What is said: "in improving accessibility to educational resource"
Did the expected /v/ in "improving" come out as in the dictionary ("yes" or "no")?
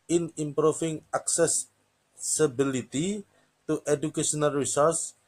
no